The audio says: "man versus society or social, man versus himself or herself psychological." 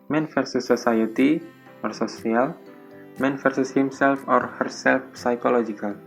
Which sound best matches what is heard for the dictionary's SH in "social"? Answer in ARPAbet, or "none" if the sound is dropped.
S